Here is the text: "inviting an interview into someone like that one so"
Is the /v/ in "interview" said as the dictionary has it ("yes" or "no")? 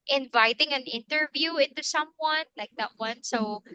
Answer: yes